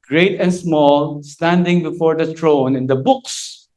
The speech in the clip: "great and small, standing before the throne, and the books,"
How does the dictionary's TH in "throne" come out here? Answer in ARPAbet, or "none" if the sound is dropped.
T